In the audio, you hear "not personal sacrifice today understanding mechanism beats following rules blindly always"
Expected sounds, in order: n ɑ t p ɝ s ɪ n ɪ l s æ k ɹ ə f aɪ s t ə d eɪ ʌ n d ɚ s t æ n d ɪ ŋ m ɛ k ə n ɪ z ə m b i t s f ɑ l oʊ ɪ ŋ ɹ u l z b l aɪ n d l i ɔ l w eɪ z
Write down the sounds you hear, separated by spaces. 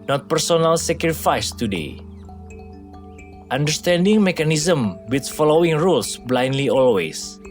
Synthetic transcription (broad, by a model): n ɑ t p ɝ s ɪ n ɪ l s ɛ k ɹ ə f aɪ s t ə d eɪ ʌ n d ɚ s t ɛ n d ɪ ŋ m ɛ k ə n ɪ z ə m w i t f ɑ l oʊ ɪ ŋ ɹ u l s b l aɪ n d l i ɔ l w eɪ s